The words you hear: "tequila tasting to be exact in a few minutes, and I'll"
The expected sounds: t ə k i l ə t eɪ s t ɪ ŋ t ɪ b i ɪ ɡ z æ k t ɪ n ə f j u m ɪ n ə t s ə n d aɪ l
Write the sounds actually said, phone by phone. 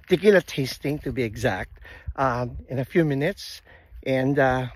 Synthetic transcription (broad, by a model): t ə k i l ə t eɪ s t ɪ ŋ t ɪ b i ɪ ɡ z æ k t ɪ n ə f j u m ɪ n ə t s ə n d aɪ